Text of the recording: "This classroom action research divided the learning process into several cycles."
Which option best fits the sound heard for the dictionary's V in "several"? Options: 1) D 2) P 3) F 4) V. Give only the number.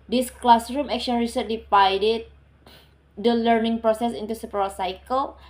2